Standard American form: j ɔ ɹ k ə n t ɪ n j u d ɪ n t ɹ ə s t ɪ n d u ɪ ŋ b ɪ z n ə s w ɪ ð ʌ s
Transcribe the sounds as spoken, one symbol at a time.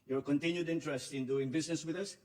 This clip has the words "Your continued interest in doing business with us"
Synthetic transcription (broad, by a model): j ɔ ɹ k ə n t ɪ n j u d ɪ n t ɹ ə s t ɪ n d u ɪ ŋ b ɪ s n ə s w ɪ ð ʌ s